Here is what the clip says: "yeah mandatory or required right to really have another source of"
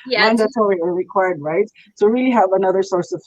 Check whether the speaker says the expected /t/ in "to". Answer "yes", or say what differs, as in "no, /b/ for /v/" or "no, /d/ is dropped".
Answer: no, /s/ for /t/